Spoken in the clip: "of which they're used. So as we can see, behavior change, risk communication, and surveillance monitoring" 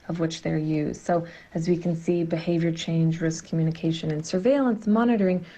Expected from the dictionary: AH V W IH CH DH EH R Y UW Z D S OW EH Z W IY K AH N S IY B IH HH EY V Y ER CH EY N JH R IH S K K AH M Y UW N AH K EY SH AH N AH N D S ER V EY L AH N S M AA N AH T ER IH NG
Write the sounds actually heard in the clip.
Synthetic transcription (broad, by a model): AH V W IH CH DH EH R Y UW Z D S OW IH Z W IY K N S IY B IH HH EY V Y ER CH EY N JH R IH S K K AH M Y UW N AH K EY SH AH N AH N S ER V EY L AH N S M AA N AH T ER IH NG